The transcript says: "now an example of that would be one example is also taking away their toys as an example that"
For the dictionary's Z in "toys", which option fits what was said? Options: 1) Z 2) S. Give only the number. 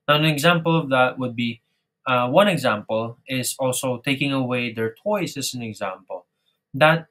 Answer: 2